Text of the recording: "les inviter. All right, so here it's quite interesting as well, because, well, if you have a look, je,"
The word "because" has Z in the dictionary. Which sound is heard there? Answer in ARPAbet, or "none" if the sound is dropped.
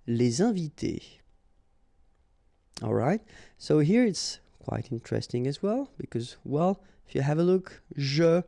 Z